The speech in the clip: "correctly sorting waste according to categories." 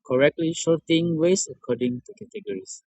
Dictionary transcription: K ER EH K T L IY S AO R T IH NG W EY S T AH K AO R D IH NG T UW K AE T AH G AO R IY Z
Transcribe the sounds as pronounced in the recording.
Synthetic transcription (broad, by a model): K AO EH K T L IY SH AO T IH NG W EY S AH K AO D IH NG T UW K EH T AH G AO R IY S